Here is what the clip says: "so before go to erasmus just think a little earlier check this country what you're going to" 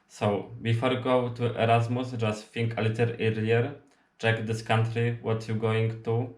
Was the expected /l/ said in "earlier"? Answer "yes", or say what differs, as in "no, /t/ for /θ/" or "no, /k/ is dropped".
no, /l/ is dropped